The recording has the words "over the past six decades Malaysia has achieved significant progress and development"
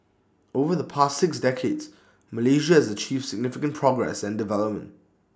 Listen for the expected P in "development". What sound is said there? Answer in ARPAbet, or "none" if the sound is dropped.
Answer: P